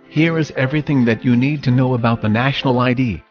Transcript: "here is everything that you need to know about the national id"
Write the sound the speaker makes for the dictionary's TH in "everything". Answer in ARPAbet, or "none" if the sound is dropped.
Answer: TH